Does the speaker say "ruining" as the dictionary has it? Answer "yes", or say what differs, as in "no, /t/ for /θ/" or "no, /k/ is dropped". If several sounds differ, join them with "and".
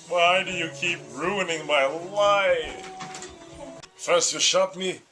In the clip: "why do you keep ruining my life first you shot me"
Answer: yes